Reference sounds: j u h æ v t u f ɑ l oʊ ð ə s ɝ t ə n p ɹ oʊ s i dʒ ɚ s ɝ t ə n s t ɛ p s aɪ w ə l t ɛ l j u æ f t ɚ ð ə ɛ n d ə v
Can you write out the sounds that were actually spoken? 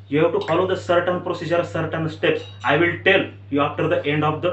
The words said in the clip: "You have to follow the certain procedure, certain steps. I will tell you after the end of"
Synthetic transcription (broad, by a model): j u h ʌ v t u f ɑ l oʊ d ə s ɝ t ə n p ɹ oʊ s i dʒ ɚ s ɝ t ə n s t ɛ p s aɪ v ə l t ɛ l j u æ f t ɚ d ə ɛ n d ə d